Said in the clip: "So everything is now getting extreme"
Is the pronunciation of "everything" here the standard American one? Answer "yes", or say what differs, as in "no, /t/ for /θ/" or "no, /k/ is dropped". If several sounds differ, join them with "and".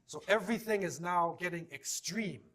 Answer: yes